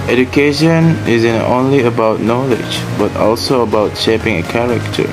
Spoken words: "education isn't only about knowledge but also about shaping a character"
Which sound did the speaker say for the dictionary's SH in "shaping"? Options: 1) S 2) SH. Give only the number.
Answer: 2